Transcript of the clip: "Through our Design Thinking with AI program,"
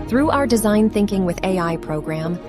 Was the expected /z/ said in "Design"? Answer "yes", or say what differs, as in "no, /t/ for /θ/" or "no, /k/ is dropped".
yes